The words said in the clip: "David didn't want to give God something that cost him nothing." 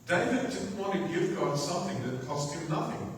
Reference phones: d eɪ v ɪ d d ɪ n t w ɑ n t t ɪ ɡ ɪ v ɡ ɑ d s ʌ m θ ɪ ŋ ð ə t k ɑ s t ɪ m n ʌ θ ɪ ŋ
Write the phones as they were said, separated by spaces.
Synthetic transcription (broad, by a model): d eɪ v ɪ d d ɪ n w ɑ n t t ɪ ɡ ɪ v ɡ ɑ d s ʌ m θ ɪ ŋ ð ə t k ɑ s t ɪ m n ʌ θ ɪ ŋ